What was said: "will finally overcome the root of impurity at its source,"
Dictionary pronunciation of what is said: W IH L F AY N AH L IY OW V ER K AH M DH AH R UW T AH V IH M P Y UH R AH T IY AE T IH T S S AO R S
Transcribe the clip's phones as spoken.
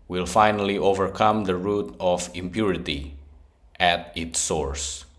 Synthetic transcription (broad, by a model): W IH L F AY N AH L IY OW V ER K AH M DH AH R UW T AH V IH M P Y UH R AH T IY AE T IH T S S AO R S